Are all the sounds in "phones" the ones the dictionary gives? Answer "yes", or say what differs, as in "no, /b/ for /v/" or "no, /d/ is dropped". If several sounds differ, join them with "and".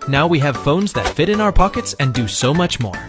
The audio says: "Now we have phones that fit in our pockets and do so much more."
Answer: yes